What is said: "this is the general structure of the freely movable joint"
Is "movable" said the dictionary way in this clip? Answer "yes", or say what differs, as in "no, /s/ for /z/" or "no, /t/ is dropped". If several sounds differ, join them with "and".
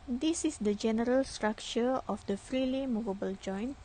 yes